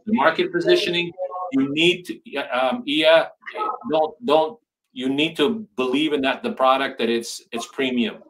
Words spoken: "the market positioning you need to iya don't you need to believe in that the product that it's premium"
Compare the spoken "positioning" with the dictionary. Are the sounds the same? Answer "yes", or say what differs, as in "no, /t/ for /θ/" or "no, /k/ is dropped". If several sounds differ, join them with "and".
yes